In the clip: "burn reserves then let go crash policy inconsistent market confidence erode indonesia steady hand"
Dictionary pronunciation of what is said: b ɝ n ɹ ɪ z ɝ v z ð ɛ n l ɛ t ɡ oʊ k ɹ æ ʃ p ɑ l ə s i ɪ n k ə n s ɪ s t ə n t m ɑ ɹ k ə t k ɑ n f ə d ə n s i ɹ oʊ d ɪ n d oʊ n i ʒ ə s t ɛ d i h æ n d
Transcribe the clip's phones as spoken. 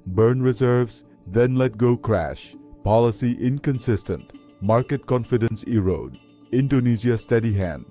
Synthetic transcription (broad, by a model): b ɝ n ɹ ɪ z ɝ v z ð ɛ n l ɛ t ɡ oʊ k ɹ æ ʃ p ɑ l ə s i ɪ n k ə n s ɪ s t ə n t m ɑ ɹ k ə t k ɑ n f ə d ə n s i ɹ oʊ d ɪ n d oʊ n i z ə s t ɛ d i h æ n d